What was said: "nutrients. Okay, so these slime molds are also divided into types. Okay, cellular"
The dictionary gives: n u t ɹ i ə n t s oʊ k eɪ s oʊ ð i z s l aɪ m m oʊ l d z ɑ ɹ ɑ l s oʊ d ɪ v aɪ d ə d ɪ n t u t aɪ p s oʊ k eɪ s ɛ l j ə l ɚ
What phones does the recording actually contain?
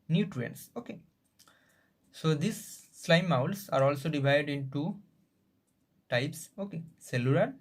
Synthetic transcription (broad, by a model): n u t ɹ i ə n s oʊ k eɪ s oʊ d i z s l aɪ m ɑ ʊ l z ɑ ɹ ɑ l s oʊ d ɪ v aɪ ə d ɪ n t u t aɪ p s oʊ k eɪ s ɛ l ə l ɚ